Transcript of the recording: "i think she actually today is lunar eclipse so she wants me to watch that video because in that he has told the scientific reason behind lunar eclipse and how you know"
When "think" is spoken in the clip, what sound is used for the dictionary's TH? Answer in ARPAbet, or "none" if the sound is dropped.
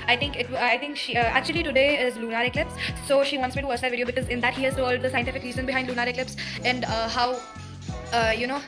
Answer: T